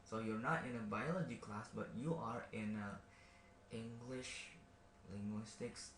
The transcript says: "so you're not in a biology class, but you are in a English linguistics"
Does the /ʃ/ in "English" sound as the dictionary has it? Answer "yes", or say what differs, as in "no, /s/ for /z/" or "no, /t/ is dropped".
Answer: yes